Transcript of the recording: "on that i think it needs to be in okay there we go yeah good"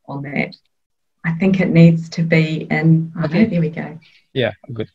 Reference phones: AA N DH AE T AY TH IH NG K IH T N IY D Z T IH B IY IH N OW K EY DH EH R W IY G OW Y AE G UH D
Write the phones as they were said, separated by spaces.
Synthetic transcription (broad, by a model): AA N DH AE T AY TH IH NG K IH T N IY D Z T IH B IY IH N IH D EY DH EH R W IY G OW Y AE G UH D